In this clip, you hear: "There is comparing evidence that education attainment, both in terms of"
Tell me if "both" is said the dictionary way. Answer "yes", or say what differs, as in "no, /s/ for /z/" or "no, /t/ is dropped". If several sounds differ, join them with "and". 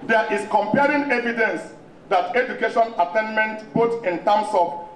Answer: no, /t/ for /θ/